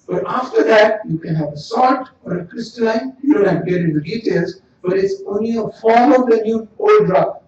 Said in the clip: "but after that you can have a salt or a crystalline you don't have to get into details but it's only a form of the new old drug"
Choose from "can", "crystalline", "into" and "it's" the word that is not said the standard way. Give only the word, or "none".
into